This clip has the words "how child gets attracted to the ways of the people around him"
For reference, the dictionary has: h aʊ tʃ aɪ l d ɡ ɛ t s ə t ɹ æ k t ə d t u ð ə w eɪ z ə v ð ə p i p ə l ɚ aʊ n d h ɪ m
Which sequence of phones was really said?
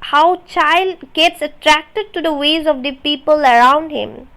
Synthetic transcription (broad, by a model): h aʊ tʃ aɪ l d ɡ ɛ t s ə t ɹ æ k t ə d t u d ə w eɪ z ə v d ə p i p ə l ɚ aʊ n d h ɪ m